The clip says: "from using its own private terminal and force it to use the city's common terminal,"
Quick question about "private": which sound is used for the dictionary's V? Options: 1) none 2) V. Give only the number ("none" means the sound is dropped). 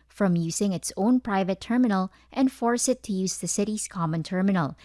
2